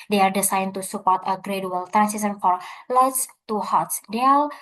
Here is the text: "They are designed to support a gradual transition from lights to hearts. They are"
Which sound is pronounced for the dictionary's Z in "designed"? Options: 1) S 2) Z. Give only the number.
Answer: 1